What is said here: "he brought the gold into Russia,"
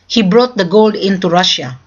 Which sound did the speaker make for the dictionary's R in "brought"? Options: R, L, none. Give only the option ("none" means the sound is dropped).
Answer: R